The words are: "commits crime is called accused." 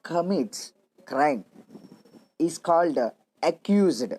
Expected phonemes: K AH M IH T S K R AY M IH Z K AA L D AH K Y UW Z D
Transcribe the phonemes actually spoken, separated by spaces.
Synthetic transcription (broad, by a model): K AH M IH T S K R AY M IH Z K AA L D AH K Y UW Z D